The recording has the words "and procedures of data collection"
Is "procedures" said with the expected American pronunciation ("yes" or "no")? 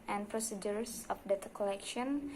no